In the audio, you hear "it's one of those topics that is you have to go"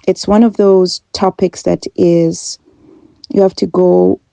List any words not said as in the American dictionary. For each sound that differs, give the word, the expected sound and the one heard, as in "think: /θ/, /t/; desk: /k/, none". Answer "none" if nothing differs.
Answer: have: /v/, /f/